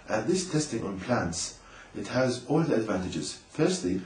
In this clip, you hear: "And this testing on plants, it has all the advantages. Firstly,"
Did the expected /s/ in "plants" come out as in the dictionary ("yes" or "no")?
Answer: yes